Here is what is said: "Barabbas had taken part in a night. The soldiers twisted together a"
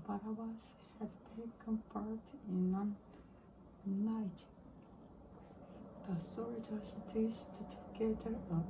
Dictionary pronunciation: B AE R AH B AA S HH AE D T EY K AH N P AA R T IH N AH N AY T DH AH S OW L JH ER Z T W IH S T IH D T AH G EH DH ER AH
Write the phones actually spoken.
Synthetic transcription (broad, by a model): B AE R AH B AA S HH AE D T EY K AH N P AA R T IH N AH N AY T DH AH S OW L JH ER S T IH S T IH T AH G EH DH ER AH